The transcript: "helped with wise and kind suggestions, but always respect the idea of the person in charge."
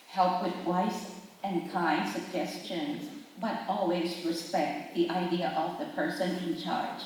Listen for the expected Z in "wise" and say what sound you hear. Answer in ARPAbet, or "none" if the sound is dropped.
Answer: S